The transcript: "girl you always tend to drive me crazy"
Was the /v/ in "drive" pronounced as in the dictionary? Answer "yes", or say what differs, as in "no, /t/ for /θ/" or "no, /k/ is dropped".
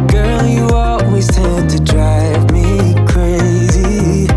yes